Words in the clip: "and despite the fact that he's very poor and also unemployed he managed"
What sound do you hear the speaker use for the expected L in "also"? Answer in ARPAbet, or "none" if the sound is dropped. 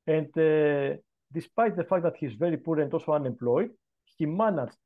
none